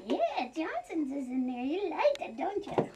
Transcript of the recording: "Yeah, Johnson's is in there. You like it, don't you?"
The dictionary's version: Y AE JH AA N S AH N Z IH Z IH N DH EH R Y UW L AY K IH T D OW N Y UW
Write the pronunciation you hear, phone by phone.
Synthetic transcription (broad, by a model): Y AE JH AA N S AH N Z IH Z IH N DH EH R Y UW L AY IH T D OW N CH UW